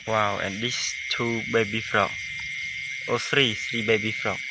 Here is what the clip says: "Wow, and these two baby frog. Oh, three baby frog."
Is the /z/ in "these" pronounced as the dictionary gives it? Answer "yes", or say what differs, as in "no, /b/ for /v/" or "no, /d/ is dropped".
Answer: no, /s/ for /z/